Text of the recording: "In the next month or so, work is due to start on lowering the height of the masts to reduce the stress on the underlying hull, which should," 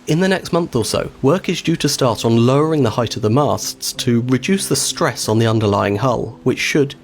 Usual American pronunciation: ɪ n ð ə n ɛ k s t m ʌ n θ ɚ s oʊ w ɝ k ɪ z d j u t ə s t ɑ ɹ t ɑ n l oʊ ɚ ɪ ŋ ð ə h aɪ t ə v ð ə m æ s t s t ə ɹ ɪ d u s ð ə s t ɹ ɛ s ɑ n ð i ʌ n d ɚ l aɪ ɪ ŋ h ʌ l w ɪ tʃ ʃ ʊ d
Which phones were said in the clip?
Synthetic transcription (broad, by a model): ɪ n ð ə n ɛ k s t m ʌ n θ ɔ s oʊ w ɝ k ɪ z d j u t ə s t ɑ ɹ t n l oʊ ɚ ɪ ŋ ð ə h aɪ t ə v ð ə m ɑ s t s t ə ɹ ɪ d u s ð ə s t ɹ ɛ s n ð i ʌ n d ɚ l aɪ ɪ ŋ h ʌ l w ɪ tʃ ʃ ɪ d